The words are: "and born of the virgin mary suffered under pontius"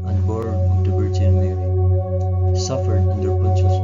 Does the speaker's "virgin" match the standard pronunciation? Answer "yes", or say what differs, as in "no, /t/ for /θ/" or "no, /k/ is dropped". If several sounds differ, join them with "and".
no, /b/ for /v/